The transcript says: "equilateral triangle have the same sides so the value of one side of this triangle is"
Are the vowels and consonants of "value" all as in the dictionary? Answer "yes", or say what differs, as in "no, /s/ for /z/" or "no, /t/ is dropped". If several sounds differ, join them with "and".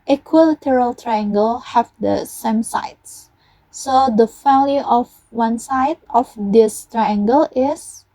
no, /f/ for /v/